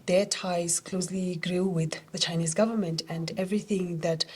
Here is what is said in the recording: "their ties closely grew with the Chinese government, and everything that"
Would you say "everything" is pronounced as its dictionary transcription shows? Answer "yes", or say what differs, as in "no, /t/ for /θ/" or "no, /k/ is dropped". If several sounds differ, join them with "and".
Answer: yes